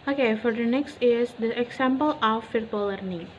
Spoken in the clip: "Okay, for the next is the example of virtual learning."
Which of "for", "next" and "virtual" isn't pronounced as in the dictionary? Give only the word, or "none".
virtual